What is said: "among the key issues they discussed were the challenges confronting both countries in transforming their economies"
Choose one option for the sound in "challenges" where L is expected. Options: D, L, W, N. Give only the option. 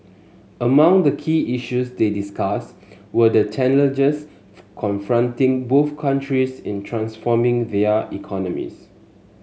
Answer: N